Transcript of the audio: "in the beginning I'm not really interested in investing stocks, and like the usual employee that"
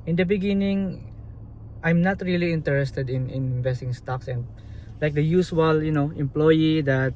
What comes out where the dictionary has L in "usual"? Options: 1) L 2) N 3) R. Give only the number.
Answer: 2